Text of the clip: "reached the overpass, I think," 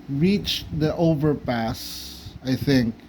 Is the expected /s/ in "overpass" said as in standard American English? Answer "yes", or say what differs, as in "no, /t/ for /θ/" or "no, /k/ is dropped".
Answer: yes